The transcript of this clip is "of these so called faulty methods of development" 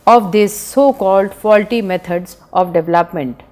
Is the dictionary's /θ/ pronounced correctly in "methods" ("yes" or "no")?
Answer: no